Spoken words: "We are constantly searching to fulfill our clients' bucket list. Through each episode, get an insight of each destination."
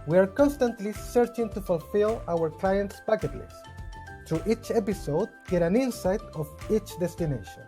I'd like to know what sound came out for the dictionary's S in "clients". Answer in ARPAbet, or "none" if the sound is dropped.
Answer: S